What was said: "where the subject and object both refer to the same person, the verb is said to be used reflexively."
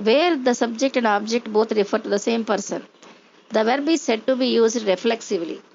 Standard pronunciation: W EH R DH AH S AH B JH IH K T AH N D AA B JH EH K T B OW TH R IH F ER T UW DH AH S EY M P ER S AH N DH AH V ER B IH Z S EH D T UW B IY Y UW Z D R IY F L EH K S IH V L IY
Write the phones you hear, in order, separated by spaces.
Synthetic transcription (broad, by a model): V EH R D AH S AH B JH IH K T AH N D AA B JH EH K T B OW T R IH F ER T UW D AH S EY M P ER S AH N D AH V ER B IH S EH D T UW B IY Y UW Z D R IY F L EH K S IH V L IY